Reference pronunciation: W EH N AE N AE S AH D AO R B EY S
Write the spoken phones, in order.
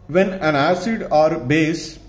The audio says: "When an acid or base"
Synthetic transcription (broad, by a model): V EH N AE N AE S AH D AO R B EY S